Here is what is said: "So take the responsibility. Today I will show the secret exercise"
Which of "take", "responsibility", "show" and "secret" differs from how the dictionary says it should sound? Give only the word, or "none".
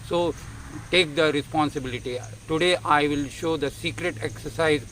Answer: none